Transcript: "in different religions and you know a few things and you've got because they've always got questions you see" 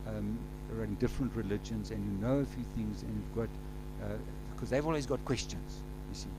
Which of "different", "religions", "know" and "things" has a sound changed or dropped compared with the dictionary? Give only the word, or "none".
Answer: none